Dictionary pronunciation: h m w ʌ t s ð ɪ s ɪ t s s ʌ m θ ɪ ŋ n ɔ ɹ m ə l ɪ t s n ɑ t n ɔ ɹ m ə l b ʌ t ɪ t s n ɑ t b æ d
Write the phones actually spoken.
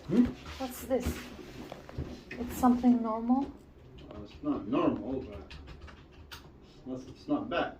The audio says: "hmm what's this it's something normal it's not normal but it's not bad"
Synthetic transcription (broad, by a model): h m w ʌ t s ð ɪ s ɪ t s s ʌ m θ ɪ ŋ n ɔ ɹ m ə l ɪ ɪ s n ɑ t n ɔ ɹ m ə l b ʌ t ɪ s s n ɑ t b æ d